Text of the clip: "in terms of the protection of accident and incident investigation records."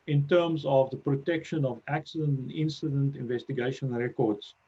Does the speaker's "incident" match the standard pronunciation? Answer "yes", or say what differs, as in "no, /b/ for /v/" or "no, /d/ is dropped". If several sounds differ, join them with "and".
yes